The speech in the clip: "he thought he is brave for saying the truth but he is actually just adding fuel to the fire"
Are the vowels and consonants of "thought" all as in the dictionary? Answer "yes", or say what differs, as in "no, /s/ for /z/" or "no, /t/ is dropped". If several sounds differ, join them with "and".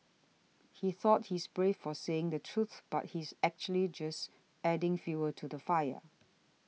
yes